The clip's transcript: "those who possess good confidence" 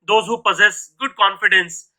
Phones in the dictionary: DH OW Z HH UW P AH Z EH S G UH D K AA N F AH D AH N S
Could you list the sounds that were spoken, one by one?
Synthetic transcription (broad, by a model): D OW Z HH UW P AH Z EH S G UH D K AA N F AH D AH N S